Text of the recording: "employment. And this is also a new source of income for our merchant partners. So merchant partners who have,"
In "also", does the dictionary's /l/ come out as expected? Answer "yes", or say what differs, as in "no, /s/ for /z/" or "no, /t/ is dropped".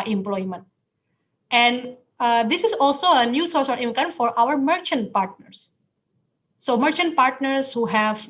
yes